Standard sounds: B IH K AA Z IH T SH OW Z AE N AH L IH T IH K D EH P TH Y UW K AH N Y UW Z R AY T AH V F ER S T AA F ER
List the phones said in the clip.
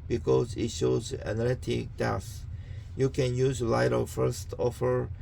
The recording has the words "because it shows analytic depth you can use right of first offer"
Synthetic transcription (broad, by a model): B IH K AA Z IH T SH OW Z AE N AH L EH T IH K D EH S Y UW K AH N Y UW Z L AY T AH F ER S T AA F ER